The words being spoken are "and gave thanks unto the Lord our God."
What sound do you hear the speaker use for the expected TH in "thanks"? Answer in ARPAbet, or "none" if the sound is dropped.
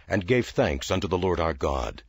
TH